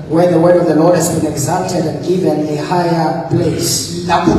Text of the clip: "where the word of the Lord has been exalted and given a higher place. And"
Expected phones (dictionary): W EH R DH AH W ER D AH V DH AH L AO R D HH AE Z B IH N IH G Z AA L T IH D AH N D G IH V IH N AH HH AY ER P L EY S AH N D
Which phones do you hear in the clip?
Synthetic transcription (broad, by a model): W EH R DH AH W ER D AH V DH AH L AO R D HH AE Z B IH N IH G Z AA L T IH D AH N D G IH V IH N AH HH AY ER P L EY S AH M